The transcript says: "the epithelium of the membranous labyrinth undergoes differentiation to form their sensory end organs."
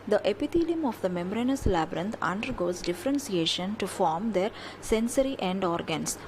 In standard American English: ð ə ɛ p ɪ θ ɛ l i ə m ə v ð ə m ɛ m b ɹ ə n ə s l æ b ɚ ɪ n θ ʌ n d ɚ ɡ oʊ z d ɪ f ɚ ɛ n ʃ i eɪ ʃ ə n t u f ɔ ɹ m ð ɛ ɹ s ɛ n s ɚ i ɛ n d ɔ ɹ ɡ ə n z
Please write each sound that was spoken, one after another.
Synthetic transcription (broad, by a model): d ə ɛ p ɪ t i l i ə m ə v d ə m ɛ m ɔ ɹ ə n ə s l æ b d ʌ n t ʌ n d ɚ ɡ oʊ z d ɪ f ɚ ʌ n s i eɪ ʃ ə n t u f ɔ ɹ m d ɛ ɹ s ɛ n s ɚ i ɛ n d ɔ ɹ ɡ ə n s